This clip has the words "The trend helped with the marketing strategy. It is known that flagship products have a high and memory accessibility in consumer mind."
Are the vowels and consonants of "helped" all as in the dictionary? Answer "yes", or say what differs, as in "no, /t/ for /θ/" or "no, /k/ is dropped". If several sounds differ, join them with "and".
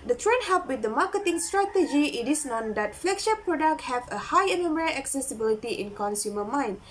no, /l/ is dropped